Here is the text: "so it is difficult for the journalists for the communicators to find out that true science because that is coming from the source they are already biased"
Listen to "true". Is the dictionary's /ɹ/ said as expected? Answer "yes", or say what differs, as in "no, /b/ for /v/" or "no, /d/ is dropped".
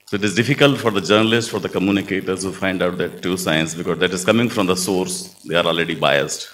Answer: no, /ɹ/ is dropped